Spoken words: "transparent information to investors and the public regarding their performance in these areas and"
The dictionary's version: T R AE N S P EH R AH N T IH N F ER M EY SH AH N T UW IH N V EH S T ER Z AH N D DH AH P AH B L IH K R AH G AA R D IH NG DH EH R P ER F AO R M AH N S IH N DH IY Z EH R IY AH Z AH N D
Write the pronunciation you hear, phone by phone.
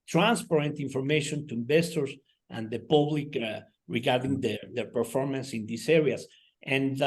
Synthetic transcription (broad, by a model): T R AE N S P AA R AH N T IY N F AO M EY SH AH N T UW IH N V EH S T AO S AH N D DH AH P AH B L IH K R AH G AA R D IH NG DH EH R P ER F AO R M AH N S IH N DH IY S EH R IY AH S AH N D